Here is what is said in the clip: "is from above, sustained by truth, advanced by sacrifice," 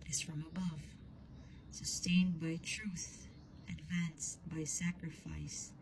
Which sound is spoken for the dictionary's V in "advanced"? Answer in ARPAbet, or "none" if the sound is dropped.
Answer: V